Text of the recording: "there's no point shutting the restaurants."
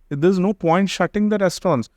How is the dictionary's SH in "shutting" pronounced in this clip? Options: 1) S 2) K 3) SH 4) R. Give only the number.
3